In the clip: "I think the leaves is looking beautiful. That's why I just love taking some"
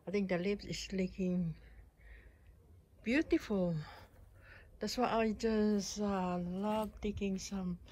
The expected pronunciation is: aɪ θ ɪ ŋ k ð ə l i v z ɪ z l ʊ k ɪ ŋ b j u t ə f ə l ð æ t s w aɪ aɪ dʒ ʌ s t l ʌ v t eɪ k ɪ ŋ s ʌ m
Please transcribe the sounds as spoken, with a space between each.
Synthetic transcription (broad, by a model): aɪ t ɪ ŋ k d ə l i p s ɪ s l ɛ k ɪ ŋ b j u t ə f ə l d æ t s w aɪ aɪ dʒ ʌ s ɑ l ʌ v t eɪ k ɪ ŋ s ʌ m